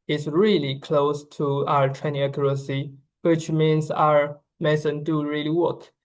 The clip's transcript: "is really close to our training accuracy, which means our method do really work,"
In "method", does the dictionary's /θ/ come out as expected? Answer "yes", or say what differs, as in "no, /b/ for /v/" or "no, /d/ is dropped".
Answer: no, /s/ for /θ/